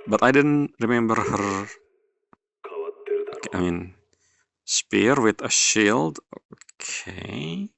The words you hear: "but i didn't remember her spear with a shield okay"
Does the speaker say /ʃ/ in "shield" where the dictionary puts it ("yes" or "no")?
yes